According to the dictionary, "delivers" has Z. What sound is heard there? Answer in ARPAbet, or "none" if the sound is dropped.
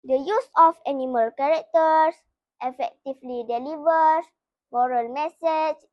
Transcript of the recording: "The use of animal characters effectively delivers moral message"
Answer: S